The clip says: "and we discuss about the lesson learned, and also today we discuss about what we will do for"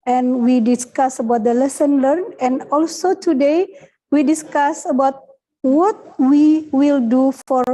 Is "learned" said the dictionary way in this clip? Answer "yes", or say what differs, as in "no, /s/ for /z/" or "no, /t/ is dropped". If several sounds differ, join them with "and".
no, /d/ is dropped